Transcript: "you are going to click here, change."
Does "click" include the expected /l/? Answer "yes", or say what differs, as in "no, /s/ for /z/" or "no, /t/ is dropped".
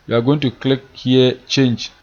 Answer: yes